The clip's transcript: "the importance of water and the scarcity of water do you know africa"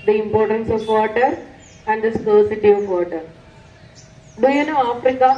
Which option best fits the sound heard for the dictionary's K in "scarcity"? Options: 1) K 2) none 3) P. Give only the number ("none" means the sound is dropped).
2